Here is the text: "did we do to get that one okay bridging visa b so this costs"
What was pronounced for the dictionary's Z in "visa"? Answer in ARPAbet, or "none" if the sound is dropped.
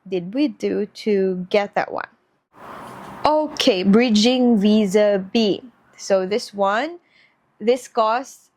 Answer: Z